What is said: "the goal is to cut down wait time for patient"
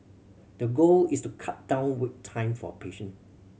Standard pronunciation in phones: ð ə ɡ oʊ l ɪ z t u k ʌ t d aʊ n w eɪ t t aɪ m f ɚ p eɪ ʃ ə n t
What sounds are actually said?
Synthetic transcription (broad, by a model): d ə ɡ oʊ l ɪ s t u k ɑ t d aʊ n w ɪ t t aɪ m f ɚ p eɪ ʃ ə n